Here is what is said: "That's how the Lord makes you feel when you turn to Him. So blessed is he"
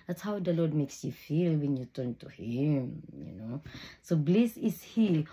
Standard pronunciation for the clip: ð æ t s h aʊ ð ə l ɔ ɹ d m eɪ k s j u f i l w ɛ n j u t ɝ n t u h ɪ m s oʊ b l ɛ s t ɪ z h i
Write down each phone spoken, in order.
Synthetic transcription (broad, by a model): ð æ t s h aʊ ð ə l ɔ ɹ d m eɪ k s j u f i l w ɛ n j u t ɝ n t u h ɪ m s oʊ b l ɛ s ɪ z h i